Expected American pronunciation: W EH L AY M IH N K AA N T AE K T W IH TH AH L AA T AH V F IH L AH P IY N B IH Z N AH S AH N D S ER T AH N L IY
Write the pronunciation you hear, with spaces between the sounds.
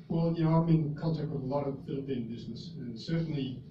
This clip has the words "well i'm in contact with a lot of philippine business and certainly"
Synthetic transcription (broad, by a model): W EH L AY M IH N K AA L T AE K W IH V AH L AA T AH V F IH L AH P IY N B IH Z N AH S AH N S ER T N L IY